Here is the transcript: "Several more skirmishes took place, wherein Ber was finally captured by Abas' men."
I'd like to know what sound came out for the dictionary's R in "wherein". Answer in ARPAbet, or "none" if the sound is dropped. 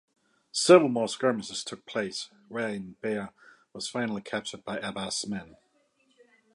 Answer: none